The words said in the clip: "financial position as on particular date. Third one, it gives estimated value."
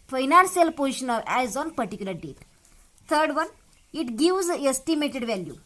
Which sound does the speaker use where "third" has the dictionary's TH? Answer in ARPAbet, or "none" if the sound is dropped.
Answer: T